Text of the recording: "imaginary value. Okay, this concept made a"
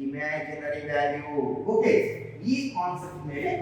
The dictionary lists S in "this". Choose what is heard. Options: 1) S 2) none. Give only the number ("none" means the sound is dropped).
2